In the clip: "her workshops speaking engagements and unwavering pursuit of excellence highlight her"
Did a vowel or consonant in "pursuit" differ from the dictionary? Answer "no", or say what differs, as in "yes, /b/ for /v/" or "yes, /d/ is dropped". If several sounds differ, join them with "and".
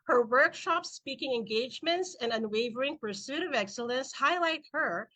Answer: no